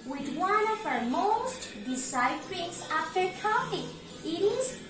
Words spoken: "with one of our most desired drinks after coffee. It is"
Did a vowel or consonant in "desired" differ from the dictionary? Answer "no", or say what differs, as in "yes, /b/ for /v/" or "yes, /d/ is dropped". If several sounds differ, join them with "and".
yes, /s/ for /z/